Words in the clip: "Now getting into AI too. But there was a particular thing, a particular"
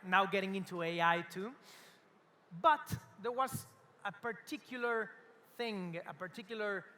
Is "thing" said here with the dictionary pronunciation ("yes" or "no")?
yes